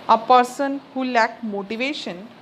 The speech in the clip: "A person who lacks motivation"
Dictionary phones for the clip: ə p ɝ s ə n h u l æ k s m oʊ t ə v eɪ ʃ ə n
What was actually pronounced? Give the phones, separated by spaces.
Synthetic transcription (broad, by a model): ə p ɝ s ə n h u l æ k m oʊ t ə v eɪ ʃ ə n